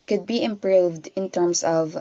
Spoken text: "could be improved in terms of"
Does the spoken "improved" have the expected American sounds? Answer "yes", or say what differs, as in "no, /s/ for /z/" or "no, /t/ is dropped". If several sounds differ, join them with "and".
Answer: yes